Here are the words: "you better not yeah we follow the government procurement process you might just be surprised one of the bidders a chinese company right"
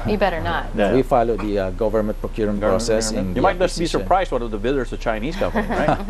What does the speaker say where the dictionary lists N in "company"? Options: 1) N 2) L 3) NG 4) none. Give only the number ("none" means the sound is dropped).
4